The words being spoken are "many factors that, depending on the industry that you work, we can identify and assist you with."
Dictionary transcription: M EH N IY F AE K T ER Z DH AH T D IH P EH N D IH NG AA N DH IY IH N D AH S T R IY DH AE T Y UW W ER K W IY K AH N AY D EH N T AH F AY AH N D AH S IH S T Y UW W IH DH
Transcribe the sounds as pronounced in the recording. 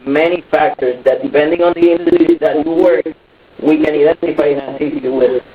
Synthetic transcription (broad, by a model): M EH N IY F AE K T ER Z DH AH T D IH P EH N D IH NG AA N DH IY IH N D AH T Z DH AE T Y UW W ER K W IY K AH N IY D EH N T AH F AY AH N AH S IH T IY W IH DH